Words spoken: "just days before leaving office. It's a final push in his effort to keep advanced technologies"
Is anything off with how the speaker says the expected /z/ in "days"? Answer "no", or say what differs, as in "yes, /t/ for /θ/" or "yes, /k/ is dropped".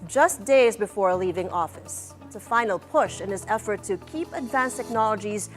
no